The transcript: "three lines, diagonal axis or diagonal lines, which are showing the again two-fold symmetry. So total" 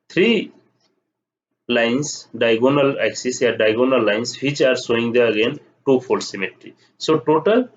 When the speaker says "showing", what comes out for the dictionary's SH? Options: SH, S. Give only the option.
S